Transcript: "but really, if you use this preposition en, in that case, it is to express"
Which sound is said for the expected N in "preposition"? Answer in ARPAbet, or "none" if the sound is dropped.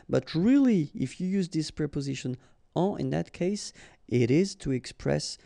N